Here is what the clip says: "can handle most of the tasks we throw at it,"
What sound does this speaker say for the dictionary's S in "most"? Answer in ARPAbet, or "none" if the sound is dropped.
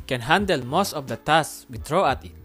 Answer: S